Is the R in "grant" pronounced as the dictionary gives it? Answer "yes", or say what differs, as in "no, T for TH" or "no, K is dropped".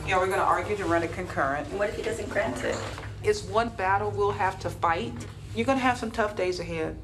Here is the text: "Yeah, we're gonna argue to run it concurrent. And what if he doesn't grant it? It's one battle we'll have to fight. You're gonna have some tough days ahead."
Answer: yes